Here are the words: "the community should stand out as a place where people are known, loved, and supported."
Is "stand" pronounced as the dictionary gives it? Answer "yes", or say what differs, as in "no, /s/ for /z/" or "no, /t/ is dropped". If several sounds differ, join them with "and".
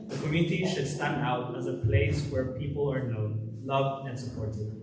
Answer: yes